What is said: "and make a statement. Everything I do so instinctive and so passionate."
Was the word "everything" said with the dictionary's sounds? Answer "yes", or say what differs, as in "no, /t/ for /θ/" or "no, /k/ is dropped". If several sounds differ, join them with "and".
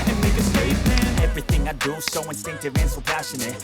yes